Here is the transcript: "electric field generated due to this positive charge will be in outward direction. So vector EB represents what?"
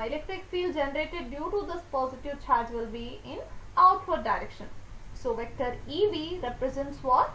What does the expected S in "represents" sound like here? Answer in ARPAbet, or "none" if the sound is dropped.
S